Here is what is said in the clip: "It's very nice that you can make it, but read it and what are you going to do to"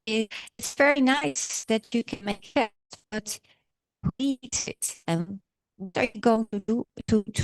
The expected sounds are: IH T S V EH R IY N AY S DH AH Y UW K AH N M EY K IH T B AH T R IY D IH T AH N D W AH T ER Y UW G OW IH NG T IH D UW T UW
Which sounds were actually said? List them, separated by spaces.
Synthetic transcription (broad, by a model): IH T S V EH R IY N AY S DH AH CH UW K AH N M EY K IH T B AH T W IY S IH T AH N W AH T ER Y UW G OW IH NG T IH D UW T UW